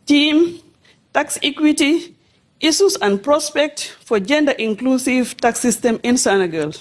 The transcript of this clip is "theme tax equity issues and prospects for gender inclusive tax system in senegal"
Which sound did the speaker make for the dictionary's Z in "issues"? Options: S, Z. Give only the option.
S